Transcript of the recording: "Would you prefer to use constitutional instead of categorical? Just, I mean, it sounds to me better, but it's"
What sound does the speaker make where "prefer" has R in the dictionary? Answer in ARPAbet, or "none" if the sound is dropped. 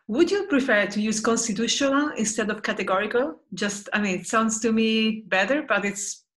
R